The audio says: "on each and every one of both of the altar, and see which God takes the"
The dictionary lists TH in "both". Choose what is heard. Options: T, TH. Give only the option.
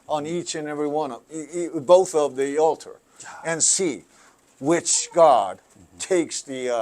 TH